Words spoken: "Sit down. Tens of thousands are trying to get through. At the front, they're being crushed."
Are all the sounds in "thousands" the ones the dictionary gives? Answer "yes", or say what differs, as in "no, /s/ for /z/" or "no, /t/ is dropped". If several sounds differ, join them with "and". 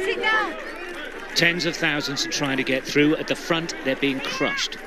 yes